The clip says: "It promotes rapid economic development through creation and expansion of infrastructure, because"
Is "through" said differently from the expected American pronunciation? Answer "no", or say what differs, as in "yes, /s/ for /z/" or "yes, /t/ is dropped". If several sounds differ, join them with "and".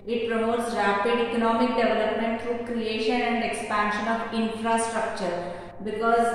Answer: yes, /t/ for /θ/